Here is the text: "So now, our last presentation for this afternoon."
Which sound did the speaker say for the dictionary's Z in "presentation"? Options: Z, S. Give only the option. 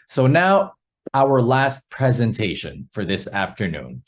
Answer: Z